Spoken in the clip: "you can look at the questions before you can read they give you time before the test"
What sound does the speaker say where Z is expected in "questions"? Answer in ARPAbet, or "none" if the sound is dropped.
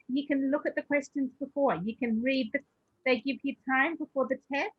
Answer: Z